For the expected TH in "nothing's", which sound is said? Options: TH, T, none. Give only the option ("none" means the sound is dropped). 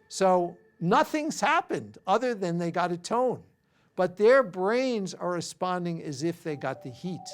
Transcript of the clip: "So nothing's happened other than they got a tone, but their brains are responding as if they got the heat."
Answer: TH